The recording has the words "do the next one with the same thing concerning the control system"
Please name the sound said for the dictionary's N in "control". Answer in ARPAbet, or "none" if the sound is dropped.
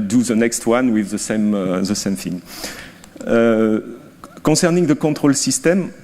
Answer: none